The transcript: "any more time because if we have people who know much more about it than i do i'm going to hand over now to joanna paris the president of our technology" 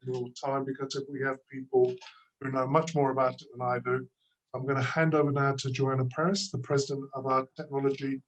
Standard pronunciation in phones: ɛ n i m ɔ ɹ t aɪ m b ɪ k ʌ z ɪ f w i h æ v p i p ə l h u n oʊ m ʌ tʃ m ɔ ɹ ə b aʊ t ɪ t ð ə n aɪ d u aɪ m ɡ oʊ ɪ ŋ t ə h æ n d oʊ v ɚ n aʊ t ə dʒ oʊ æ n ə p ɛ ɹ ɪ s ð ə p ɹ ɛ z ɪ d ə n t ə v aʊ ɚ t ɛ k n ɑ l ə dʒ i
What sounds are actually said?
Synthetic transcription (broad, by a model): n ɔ l t aɪ m b ɪ k ʌ z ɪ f w i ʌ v p i p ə l h u n oʊ m ʌ tʃ m ɔ ɹ ə b aʊ t ɪ t ð ə n aɪ d u aɪ m ɡ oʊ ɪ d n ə h æ n d oʊ v ɚ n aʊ t ə dʒ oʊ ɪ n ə p ɛ ɹ ɪ s ð ə p ɹ ɛ z ɪ d ə n t ə v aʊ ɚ t ɛ k n ɑ l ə dʒ i